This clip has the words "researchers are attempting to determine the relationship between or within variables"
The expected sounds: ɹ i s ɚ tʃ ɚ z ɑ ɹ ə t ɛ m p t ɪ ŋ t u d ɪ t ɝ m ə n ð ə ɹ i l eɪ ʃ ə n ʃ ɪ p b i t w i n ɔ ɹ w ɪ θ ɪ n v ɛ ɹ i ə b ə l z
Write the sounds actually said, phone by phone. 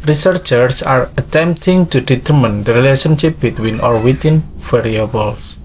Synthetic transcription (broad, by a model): ɹ i s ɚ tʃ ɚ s ɑ ɹ ə t ɛ m p t ɪ ŋ t u d ɪ t ɝ m ə n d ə ɹ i l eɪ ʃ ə n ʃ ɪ p b i t w i n ɔ ɹ w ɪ t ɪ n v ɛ ɹ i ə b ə l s